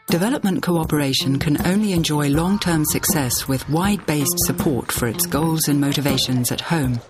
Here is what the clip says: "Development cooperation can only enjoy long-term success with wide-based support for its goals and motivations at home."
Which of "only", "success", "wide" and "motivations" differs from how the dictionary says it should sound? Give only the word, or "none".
none